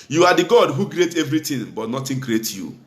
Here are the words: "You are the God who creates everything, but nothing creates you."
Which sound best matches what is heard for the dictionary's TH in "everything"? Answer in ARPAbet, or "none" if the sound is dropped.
T